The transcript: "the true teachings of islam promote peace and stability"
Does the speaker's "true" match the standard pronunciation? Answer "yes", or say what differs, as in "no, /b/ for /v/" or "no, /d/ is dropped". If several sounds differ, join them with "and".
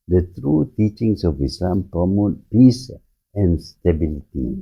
yes